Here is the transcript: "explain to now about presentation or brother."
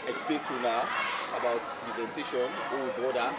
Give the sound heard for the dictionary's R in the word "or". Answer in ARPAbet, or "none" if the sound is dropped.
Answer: W